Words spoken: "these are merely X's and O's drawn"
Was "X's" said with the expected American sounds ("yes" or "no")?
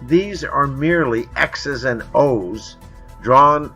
yes